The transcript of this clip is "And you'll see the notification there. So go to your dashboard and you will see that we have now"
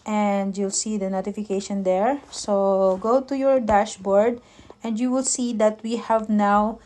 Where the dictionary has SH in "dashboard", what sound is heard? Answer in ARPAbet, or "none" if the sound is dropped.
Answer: SH